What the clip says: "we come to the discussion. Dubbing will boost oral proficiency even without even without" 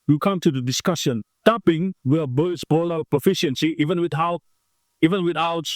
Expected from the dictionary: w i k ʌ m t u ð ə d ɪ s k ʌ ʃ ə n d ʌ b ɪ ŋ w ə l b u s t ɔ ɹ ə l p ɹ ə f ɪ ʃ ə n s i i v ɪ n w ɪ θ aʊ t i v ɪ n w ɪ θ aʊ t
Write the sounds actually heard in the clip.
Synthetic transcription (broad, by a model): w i k ʌ m t u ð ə d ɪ s k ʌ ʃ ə n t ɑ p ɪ ŋ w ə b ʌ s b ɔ l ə p ɹ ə f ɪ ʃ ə n s i i v ɪ n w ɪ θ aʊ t i v ɪ n w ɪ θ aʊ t